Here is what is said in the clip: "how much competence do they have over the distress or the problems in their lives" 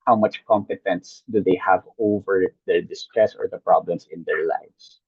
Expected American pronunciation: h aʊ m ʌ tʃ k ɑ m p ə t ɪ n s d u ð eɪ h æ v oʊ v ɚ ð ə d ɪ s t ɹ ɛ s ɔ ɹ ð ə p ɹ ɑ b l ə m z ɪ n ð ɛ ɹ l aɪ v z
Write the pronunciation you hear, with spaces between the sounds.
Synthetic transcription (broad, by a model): h aʊ m ʌ tʃ k ɑ m p ə t ɪ n s d u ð eɪ h æ v oʊ v ɚ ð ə d ɪ s t ɹ ɛ s ɔ ɹ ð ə p ɹ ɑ b l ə m s ɪ n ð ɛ ɹ l aɪ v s